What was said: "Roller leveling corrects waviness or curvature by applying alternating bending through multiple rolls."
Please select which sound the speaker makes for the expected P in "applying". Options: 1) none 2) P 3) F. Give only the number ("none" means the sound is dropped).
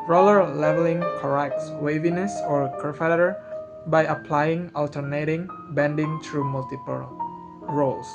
2